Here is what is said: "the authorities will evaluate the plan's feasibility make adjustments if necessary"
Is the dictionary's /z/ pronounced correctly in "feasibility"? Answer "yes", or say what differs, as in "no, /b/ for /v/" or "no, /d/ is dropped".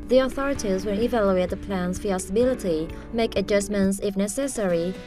no, /s/ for /z/